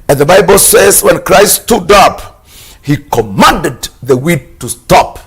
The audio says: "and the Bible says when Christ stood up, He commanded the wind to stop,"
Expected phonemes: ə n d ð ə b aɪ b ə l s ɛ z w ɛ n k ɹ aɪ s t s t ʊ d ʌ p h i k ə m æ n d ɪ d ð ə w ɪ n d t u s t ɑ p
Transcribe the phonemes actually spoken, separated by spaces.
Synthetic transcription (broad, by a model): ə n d ð ə b aɪ b ə l s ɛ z w ɛ n k ɹ aɪ s t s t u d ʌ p h i k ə m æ n d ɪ d ð ə w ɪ d t u s t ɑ p